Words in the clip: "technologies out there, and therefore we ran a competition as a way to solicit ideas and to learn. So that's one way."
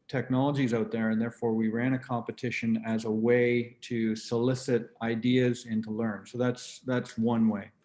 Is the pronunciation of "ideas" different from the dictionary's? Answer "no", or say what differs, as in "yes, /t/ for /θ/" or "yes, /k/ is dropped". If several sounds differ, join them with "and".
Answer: no